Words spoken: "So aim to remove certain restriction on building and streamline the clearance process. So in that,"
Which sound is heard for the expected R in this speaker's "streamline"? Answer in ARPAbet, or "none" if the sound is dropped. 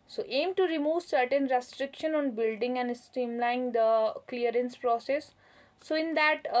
none